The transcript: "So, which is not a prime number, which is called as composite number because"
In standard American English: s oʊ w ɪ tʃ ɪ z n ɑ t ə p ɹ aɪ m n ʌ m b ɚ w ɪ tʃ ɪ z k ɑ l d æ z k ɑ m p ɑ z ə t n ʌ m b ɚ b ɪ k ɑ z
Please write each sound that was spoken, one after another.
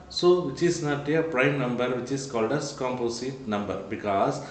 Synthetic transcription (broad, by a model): s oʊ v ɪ tʃ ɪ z n ɑ t ə p ɹ aɪ m n ʌ m b ɚ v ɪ tʃ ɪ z k ɑ l d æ s k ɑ m p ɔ s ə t n ʌ m b ɚ b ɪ k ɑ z